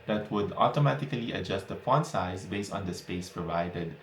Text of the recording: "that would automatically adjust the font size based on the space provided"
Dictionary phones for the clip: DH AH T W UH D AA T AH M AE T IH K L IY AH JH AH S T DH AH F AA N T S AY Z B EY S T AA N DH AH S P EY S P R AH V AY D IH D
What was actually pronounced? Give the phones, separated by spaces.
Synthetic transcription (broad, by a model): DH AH T W UH D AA T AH M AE T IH K L IY AH JH AH S T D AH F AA N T S AY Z B EY S T AA N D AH S P EY S P R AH V AY D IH D